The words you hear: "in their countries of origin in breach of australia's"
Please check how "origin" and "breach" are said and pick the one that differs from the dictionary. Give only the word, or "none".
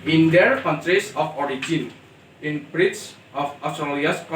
breach